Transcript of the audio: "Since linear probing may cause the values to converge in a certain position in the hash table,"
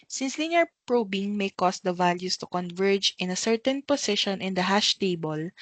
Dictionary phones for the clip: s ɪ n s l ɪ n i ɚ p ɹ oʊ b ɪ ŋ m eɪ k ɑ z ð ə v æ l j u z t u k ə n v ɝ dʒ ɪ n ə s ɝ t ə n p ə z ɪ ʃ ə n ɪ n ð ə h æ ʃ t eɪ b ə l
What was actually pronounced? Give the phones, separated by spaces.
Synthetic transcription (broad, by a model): s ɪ n s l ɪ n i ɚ p ɹ oʊ b ɪ ŋ m eɪ k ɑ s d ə v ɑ l j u s t u k ə n v ɝ dʒ ɪ n ə s ɝ t ə n p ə s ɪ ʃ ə n ɪ n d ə h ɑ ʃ t eɪ b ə l